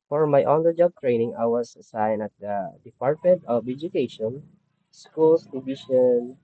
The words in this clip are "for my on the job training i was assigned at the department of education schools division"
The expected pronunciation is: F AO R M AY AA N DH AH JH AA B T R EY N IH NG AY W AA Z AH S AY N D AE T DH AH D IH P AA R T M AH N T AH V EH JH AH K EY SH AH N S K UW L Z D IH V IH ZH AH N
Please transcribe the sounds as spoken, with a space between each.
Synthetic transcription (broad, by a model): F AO R M AY AA N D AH JH AA B T R EY N IH NG AY W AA S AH S AY N AH T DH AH D IH P AA R T M AH N T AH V EH JH AH K EY SH AH N S K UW L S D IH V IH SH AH N